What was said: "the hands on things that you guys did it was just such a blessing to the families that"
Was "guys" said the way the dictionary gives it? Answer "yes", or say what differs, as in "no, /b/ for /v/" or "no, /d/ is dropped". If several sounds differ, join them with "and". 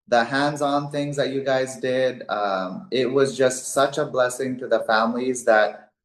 yes